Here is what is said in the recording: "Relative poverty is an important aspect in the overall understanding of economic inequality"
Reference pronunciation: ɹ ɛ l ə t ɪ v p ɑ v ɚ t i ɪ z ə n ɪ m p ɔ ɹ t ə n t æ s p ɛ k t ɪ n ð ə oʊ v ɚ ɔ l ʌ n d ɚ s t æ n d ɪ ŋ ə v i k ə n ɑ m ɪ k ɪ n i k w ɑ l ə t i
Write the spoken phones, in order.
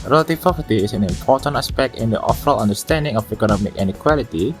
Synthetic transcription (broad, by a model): ɹ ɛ l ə t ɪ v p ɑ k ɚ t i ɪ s ə n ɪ m p ɔ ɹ t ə n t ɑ s p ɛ k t ɪ n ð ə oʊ f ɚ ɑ l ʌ n d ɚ s t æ n d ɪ ŋ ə f i k ə n ɑ m ɪ k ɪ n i k w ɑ l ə t i